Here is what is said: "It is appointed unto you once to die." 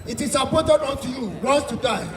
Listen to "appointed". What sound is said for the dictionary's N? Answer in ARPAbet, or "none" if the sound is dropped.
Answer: none